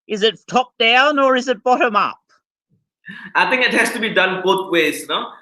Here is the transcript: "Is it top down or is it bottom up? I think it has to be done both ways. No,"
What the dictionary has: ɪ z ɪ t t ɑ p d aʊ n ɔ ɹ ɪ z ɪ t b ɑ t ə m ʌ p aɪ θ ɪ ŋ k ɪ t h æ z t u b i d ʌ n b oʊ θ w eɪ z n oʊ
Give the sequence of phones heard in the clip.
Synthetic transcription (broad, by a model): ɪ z ɪ t t ɑ p d aʊ n ɔ ɹ ɪ z ɪ t b ɑ t ə m ʌ p aɪ t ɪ ŋ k ɪ t h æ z t u b i d ʌ n b oʊ t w eɪ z n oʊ